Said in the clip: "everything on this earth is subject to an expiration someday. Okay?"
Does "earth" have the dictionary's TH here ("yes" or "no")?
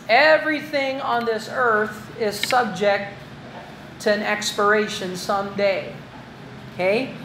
yes